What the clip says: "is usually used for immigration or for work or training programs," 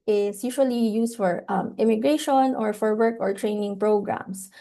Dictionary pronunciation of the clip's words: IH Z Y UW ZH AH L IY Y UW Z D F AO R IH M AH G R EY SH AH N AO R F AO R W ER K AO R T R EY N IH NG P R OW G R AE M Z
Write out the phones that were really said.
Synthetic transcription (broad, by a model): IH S Y UW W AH L IY Y UW S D F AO R IH M AH G R EY SH AH N AO R F AO R W ER K AO R T R EY N IH NG P R OW G R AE M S